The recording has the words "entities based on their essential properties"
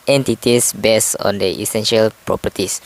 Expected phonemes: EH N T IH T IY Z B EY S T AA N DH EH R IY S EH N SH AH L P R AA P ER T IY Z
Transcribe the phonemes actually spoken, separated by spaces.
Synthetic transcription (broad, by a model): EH N T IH T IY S B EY S AA N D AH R IY S EH N SH AH L P R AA P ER T IY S